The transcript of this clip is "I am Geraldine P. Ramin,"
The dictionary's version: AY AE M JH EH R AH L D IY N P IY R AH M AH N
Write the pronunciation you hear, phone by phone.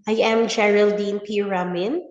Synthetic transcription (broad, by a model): AY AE M JH EH R AH L D IY N P IY R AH M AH N